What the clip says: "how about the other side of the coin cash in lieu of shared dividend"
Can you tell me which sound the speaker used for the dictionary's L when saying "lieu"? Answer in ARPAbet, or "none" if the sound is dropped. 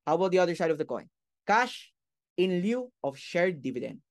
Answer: L